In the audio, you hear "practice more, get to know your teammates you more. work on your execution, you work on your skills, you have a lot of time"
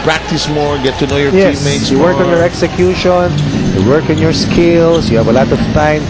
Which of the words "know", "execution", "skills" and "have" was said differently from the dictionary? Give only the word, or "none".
skills